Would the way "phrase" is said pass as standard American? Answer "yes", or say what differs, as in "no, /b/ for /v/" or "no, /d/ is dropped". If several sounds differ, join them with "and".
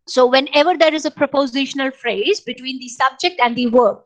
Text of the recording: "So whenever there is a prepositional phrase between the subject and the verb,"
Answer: yes